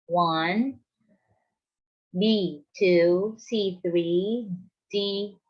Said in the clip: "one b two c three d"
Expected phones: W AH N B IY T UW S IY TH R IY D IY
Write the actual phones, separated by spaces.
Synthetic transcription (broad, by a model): W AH N B IY T UW S IY TH R IY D IY